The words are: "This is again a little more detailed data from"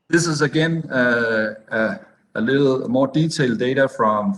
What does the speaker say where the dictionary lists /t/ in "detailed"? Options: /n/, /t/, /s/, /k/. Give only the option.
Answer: /s/